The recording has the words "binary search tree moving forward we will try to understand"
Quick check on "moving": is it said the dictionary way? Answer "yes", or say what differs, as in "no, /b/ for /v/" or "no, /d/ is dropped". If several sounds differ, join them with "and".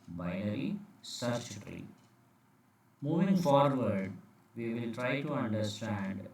yes